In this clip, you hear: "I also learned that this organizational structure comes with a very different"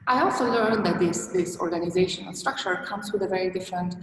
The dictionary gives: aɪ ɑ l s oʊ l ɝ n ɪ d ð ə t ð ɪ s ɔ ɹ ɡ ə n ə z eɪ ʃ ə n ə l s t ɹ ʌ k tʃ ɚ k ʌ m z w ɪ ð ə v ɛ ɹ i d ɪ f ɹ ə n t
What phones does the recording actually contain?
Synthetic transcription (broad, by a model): aɪ ɑ l s oʊ l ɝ n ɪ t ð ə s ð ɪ s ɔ ɹ ɡ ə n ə z eɪ ʃ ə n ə n s t ɹ ʌ k tʃ ɚ k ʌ m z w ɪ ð ə v ɛ ɹ i d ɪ f ɹ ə n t